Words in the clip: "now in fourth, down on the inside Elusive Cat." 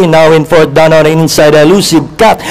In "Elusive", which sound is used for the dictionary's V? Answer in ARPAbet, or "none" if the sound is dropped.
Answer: B